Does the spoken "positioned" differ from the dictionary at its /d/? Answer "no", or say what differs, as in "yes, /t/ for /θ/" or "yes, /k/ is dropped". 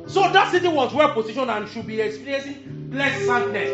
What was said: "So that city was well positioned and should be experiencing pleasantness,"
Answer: yes, /d/ is dropped